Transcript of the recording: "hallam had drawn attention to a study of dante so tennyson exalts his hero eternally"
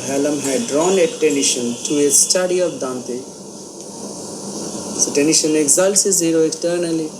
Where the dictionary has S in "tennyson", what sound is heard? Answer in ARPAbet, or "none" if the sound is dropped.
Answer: SH